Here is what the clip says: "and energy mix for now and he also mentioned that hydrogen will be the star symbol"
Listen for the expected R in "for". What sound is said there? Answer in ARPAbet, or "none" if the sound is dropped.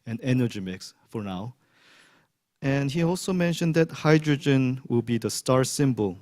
R